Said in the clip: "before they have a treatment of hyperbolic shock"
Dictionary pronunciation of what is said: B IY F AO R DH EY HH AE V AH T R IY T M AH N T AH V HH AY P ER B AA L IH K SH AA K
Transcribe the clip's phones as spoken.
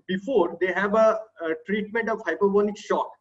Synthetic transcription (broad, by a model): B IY F AO R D EY HH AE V AH T R IY T M AH N T AH V HH AY P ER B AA N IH K SH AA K